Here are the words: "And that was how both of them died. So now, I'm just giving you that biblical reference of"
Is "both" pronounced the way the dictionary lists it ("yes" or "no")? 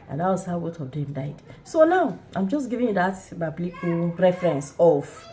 no